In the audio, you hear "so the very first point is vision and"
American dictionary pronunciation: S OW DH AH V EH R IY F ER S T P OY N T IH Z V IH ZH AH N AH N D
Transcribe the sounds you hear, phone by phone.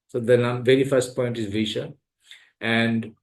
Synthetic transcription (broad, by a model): S OW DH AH V EH R IY F ER S T P OY N T IH Z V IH SH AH AH N D